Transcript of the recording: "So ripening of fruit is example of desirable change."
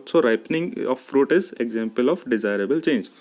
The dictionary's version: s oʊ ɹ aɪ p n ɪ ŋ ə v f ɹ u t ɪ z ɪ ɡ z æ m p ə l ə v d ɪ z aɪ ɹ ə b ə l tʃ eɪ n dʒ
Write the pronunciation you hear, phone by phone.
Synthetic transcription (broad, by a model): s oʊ ɹ aɪ p n ɪ ŋ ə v f ɹ u t ɪ z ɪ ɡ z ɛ m p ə l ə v d ɪ z aɪ ɹ ə b ə l tʃ eɪ n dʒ